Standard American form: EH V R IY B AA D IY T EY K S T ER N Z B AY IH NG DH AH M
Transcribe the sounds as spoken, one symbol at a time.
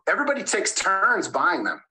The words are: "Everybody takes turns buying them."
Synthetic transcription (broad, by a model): EH V R IY B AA D IY T EY K S T ER N Z B AY IH NG DH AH M